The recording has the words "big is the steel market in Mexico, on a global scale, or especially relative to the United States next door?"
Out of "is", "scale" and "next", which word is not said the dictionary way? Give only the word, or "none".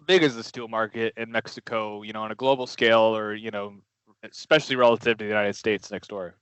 none